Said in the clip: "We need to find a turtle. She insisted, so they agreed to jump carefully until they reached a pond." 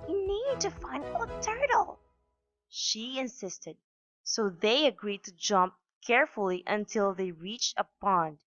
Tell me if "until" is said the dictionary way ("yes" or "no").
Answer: yes